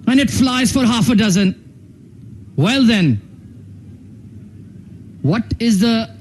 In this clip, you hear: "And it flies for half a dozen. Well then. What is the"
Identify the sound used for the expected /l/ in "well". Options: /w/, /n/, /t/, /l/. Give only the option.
/l/